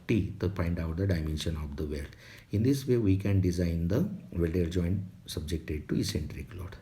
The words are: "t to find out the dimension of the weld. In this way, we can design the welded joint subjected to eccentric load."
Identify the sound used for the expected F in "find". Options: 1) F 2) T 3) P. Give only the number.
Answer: 3